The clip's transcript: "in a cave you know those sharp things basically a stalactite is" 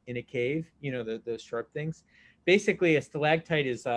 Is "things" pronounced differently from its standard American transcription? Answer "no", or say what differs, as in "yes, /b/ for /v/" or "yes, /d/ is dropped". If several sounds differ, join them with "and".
no